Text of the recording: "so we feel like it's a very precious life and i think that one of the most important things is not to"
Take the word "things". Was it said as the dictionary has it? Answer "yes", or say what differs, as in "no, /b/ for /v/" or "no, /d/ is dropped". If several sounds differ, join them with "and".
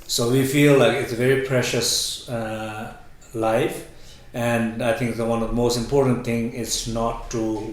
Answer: no, /z/ is dropped